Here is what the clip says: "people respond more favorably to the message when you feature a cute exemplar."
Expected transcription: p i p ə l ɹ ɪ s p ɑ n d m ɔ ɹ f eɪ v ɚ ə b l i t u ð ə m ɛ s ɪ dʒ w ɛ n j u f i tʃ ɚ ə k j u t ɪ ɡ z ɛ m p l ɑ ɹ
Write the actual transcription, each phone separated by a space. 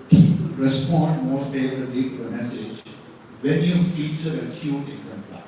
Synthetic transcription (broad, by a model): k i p ɹ ɪ s p ɑ n d m ɔ ɹ f eɪ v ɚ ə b l i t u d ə m ɛ s ɪ dʒ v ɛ l j u f i tʃ ɚ ə k j u t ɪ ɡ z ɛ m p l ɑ